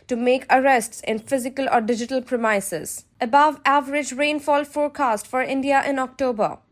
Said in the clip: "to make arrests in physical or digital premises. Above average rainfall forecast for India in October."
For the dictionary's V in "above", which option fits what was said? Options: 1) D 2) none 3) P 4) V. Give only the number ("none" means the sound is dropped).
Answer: 4